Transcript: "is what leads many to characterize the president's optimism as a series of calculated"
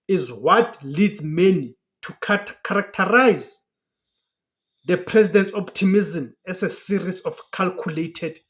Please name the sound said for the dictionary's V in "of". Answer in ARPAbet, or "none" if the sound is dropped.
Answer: F